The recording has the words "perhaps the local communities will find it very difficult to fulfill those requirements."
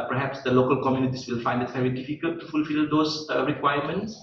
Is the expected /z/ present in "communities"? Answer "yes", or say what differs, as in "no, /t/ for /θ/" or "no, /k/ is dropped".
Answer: no, /s/ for /z/